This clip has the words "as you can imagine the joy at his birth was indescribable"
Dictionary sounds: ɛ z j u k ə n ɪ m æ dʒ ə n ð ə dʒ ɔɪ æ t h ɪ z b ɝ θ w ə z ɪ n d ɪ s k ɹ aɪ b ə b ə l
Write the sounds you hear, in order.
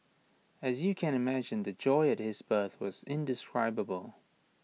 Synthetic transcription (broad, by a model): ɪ z j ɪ k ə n ɪ m æ dʒ ə n ð ə dʒ ɔɪ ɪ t h ɪ z b ɝ θ w ə z ɪ n d ɪ s k ɹ aɪ b ə b ə l